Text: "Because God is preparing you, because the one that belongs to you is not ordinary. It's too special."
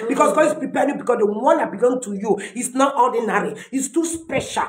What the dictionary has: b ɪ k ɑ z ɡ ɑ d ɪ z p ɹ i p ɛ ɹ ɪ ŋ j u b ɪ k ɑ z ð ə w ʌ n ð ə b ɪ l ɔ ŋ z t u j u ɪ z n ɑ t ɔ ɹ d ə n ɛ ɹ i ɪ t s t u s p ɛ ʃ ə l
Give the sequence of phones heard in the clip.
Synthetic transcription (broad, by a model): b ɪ k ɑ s ɡ ɑ d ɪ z p ɹ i p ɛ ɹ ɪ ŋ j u b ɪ k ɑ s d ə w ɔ n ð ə b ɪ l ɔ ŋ t u j u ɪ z n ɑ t ɔ d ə n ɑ ɹ i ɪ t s t u s p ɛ ʃ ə l